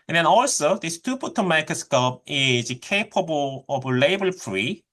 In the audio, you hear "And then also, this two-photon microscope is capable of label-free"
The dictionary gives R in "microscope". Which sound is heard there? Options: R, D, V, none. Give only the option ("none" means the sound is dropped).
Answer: none